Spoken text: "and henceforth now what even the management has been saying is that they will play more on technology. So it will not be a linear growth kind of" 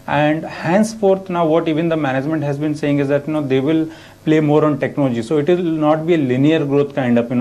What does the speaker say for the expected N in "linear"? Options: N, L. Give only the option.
N